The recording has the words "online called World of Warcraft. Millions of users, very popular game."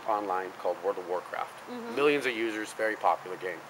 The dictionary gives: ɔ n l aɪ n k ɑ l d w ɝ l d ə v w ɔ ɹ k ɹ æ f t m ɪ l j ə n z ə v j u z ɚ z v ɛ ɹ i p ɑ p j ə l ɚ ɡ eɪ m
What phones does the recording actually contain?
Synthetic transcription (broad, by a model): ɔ n l aɪ n k ɑ l d w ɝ d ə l w ɔ ɹ k ɹ æ f t m ɪ l j ə n z ə v j u z ɚ z v ɛ ɹ i p ɑ p j l ɚ ɡ eɪ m